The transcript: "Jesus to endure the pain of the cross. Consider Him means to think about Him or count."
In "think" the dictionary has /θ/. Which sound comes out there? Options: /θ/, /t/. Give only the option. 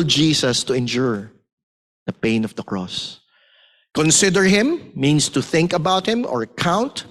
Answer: /θ/